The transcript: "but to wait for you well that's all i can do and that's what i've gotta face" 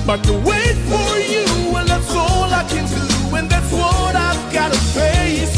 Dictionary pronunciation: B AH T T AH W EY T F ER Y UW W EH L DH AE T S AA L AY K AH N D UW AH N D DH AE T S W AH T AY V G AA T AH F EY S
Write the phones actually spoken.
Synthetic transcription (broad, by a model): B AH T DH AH W EY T F ER Y UW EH N DH AE T S AA L AY K AH N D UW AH N DH AE T S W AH T AY V G AA T AH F EY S